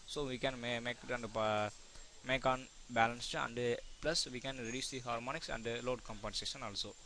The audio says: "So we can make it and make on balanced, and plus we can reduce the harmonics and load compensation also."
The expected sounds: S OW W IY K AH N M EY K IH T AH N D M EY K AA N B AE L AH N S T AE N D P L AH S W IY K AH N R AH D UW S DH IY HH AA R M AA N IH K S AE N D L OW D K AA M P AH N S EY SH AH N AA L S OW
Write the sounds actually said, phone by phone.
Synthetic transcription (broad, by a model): S OW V IY K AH N M EY K IH T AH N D M EY K AA N B AE L AH N S T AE N D P L AH S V IY K AH N R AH D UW S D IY HH AA R M AA N IH K S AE N D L OW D K AA M P AH N S EY SH AH N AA L S OW